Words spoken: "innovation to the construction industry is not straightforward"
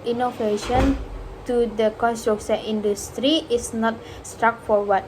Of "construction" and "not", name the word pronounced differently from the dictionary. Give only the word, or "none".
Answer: construction